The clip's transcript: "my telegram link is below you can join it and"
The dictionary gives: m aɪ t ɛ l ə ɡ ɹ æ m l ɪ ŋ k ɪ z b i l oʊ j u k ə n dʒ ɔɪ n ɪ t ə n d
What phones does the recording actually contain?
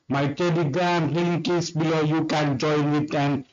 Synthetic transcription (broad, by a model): m aɪ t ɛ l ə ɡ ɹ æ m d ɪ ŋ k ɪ s b i l oʊ j u k ə n dʒ ɔɪ n ɪ t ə n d